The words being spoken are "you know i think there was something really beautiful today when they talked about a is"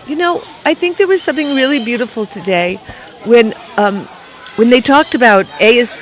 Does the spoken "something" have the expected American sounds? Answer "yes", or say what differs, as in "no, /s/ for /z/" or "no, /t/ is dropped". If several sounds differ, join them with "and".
yes